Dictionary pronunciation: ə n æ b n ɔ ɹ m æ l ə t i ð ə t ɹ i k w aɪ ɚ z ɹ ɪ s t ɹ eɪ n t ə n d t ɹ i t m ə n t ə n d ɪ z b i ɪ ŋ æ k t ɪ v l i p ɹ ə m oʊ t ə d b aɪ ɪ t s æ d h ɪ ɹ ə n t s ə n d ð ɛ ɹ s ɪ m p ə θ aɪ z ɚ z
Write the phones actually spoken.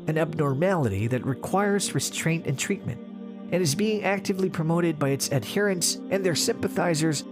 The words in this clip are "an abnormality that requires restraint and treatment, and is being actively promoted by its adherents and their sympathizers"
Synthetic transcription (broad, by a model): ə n æ b n ɔ ɹ m æ l ə t i ð ə t ɹ i k w aɪ ɚ z ɹ ɪ s t ɹ eɪ n t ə n t ɹ i t m ə n t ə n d ɪ z b i ɪ ŋ æ k t ɪ v l i p ɹ ə m oʊ t ə d b aɪ ɪ t s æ d h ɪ ɹ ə n s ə n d ð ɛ ɹ s ɪ m p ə θ aɪ z ɚ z